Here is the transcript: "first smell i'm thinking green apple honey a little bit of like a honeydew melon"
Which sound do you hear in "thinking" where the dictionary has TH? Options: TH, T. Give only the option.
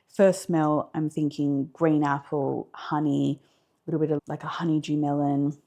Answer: TH